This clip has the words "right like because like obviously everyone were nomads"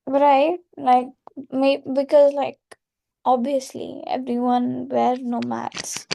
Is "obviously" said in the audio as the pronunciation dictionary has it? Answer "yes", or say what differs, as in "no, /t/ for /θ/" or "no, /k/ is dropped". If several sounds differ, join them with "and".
no, /v/ is dropped